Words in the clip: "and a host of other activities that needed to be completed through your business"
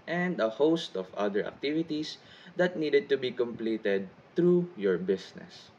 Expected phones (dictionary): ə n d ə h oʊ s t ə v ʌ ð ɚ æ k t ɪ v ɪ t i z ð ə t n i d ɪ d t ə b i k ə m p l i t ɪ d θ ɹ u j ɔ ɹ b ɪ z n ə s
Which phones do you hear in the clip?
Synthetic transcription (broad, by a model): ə n d ə h oʊ s t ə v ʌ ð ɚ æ k t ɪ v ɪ t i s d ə t n i d ɪ d t ə b i k ə m p l i t ɪ d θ ɹ u j ɔ ɹ b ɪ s n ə s